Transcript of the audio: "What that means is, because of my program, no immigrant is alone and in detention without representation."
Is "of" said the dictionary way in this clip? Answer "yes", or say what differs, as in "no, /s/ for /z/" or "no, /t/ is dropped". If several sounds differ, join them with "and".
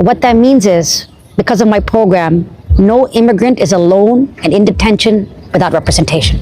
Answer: yes